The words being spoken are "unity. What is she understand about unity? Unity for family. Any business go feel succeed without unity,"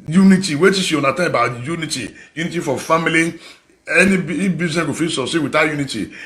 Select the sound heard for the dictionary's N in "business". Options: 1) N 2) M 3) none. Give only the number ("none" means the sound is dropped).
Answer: 3